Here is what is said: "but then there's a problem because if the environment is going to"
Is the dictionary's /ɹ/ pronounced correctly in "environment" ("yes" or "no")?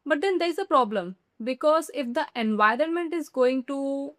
yes